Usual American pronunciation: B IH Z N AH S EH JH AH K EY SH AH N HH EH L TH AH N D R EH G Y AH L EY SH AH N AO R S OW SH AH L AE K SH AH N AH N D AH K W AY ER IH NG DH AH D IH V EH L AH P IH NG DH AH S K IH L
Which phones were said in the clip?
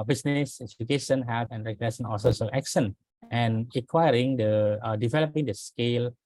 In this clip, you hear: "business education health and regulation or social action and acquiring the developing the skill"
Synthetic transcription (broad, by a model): B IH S N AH S EH JH AH K EY SH AH N HH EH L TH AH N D R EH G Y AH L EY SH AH N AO L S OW S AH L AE K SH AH N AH N AH K W AY ER IH NG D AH D IH V EH L AH P IH NG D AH S K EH L